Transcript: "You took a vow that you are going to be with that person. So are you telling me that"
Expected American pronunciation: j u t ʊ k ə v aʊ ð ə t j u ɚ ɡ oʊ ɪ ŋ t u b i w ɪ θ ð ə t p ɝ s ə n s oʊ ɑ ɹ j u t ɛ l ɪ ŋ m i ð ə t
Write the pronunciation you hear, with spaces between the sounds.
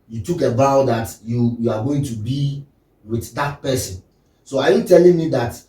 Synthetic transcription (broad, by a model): j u t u k ə b aʊ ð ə t j u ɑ ɡ oʊ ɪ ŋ t u b i w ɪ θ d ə t p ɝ s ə n s oʊ ɑ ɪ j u t ɛ l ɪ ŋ m i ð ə t